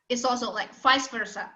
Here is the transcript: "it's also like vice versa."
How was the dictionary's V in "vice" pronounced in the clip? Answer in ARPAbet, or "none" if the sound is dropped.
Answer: F